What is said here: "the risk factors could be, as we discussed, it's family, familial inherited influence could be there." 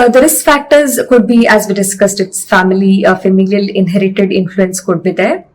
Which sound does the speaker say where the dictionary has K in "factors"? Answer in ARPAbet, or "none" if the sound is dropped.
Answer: K